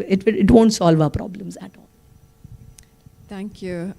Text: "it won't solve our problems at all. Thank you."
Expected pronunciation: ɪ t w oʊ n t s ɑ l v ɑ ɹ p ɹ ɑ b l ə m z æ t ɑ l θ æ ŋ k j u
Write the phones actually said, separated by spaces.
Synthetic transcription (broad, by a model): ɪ t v oʊ n t s ɑ l v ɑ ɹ p ɹ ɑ b l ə m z æ t ɑ l t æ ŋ k j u